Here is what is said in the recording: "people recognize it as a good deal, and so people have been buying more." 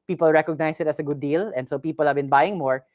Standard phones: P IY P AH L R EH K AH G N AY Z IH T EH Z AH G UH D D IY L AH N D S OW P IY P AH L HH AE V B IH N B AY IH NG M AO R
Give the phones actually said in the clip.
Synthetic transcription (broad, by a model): P IY P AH L R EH K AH G N AY S IH T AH S AH G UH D D IY L AH N D S OW P IY P AH L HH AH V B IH N B AY IH NG M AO R